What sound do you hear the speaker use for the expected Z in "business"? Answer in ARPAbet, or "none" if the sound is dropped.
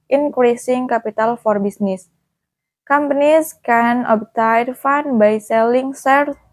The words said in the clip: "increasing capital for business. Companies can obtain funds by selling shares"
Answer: S